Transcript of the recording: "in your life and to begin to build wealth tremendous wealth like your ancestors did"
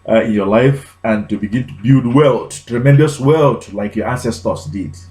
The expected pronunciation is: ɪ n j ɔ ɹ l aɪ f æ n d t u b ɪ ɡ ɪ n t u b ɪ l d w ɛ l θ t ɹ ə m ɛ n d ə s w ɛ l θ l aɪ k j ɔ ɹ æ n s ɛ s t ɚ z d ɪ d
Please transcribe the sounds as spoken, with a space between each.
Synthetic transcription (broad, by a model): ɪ n j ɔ l aɪ f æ n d t u b ɪ ɡ ɪ n t u b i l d w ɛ l t t ɹ ə m ɛ n d ə s w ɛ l t l aɪ k j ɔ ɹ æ s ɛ s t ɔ s d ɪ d